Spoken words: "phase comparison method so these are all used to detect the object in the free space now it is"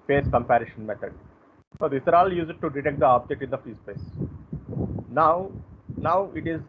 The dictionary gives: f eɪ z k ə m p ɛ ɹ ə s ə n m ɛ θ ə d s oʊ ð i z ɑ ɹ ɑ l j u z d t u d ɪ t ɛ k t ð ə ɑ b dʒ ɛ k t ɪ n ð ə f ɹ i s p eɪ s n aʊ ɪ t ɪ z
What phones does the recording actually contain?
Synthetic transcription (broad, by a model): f eɪ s k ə m p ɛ ɹ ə ʃ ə n m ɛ t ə d s oʊ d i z ɑ ɹ ɑ l j u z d t u d ɪ t ɛ k t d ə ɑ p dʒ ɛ t ɪ n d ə f ɹ i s p eɪ s n aʊ ɪ t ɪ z